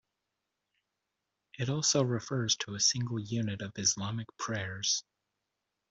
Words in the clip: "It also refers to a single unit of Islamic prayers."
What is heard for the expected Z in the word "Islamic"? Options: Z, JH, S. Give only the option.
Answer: Z